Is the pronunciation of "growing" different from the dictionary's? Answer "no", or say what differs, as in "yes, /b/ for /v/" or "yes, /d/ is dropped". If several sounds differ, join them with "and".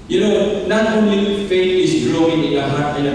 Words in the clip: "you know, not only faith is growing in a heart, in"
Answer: yes, /l/ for /ɹ/